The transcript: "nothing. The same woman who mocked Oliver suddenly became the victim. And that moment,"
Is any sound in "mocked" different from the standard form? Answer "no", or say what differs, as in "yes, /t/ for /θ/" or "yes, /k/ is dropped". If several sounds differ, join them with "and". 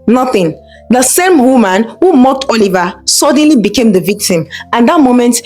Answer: no